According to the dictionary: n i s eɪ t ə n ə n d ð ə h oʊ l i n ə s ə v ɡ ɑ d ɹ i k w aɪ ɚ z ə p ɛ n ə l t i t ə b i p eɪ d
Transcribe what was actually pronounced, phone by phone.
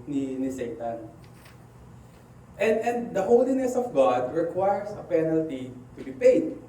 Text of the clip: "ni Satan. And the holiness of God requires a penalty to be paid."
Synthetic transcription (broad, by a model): n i s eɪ t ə n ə n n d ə h oʊ l i n ə s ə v ɡ ɑ d ɹ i k w aɪ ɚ s ə p ɛ n ə l t i t ə b i p eɪ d